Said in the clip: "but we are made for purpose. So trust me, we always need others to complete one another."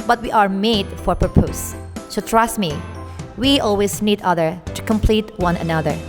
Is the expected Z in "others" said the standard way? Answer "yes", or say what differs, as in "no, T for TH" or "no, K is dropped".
no, Z is dropped